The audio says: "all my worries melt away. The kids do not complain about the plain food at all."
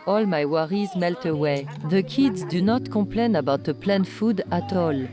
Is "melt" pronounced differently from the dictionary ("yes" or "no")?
no